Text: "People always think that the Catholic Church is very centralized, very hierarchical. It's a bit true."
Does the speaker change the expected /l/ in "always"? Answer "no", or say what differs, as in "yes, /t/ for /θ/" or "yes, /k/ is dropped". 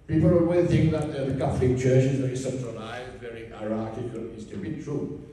yes, /l/ is dropped